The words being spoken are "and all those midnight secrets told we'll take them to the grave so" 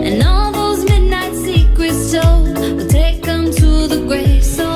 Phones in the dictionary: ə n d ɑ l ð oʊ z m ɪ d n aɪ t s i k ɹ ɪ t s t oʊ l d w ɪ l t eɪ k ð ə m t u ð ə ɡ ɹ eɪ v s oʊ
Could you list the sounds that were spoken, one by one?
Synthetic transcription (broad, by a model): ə n ɑ l ð oʊ z m ɪ d n aɪ t s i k w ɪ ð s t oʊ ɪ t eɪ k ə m t u ð ə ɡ ɹ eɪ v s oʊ